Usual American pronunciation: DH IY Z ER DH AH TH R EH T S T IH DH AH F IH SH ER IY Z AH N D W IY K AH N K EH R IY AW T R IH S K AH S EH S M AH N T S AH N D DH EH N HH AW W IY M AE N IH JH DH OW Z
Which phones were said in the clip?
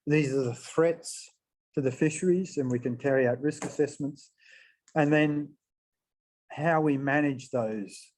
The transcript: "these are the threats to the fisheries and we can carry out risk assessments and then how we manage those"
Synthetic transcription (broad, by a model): DH IY Z ER DH AH TH R EH T S T IH DH AH F IH SH ER IY Z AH N W IY K AH N K EH R IY AW T R IH S K AH S EH S M AH N T S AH N DH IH N HH AW W IY M AE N IH JH DH OW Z